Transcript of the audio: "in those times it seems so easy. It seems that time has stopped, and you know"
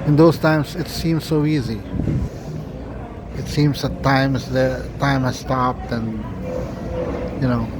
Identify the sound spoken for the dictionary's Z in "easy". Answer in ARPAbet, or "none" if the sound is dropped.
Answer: Z